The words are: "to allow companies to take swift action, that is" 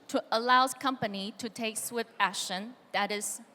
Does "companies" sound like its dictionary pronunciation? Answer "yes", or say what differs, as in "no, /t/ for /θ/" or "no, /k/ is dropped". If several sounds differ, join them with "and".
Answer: no, /z/ is dropped